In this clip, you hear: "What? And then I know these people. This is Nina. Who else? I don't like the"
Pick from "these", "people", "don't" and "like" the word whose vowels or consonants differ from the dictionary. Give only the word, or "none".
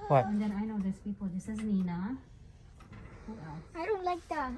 these